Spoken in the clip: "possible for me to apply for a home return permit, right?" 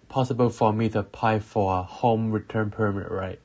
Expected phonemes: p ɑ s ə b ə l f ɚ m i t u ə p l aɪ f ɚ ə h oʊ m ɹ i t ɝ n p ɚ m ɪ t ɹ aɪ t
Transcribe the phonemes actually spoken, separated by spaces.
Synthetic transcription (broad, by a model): p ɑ s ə b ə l f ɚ m i t u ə p aɪ f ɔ ə h oʊ m ɹ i t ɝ n p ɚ m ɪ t ɹ aɪ t